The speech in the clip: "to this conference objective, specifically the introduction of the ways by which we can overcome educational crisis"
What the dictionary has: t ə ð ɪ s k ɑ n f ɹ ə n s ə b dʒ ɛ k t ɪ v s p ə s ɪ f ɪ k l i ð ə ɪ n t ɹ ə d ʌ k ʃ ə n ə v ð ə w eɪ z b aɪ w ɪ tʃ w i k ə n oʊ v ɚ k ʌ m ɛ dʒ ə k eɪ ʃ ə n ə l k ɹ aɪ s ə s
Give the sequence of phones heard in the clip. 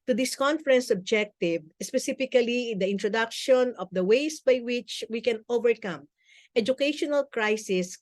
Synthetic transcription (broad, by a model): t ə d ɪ s k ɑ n f ɹ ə n s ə b dʒ ɛ k t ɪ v s p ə s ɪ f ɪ k l i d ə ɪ n t ɹ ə d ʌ k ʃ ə n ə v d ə w eɪ s b aɪ w ɪ tʃ w i k ə n oʊ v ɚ k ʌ m ɛ dʒ ə k eɪ ʃ ə n ə l k ɹ aɪ s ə s